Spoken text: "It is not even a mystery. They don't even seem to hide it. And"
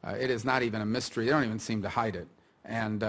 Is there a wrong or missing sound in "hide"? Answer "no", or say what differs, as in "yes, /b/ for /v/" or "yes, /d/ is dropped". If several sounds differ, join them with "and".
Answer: no